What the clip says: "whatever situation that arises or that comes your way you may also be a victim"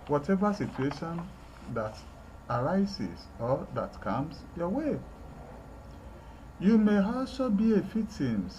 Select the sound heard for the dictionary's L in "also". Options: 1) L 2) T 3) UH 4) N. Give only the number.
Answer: 1